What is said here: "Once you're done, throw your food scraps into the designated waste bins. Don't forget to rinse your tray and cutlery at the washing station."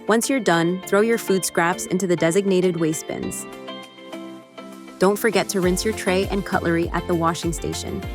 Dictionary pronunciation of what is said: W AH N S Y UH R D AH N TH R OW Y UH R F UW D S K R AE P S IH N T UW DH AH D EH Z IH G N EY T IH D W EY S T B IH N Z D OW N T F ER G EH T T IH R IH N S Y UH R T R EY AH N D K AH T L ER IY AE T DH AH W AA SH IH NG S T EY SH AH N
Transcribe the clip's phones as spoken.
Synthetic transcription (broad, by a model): W AH N S Y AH R D AH N TH R OW Y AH R F UW D S K R AE P S IH N T UW DH AH D EH Z IH G N EY T IH D W EY S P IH N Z D OW N T F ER G EH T T IH R IH N S Y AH R T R EY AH N K AH T L ER IY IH T DH AH W AA SH IH NG S T EY SH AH N